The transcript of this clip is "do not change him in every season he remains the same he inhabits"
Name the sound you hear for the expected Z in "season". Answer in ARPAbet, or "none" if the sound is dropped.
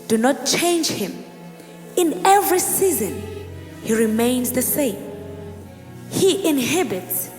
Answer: Z